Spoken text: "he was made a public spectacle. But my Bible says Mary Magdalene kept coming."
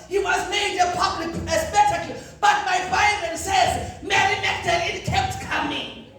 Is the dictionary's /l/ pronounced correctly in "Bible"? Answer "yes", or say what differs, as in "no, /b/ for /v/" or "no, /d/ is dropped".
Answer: no, /n/ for /l/